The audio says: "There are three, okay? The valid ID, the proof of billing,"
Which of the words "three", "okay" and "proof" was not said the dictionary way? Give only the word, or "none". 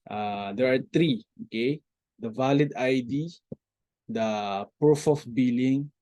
three